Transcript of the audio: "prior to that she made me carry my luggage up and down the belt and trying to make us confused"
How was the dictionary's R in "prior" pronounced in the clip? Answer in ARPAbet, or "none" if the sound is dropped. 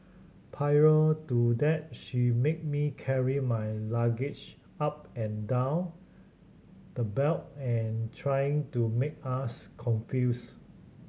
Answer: none